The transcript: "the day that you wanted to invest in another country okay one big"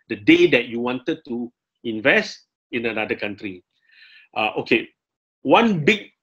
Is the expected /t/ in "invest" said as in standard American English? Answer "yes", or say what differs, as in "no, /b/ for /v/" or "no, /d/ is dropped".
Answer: yes